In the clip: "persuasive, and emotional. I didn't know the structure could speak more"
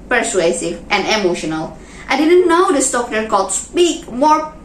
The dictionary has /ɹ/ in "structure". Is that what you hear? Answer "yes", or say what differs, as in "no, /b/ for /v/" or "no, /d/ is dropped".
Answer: no, /ɹ/ is dropped